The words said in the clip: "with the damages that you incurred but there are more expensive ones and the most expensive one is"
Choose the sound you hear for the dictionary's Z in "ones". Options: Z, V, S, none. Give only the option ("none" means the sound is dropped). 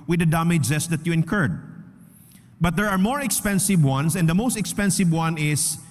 S